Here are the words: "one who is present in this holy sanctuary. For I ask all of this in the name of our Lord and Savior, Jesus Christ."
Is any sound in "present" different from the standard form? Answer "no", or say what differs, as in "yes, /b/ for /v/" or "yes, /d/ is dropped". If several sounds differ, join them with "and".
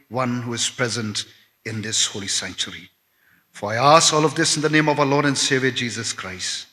no